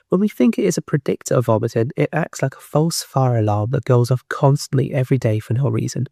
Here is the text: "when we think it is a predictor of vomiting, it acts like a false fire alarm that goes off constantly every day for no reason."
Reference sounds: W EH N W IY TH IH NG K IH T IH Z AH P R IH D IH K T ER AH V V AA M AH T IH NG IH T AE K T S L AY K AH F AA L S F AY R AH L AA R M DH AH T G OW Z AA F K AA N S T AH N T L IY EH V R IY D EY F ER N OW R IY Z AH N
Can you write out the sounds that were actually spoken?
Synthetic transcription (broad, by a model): W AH N W IY TH IH NG K IH T IH Z AH P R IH D IH K T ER AH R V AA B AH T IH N IH T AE K T S L AY K AH F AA L S F AY R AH L AA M DH AH T G OW Z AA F K AA N S T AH N T L IY EH V R IY D EY F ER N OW R IY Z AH N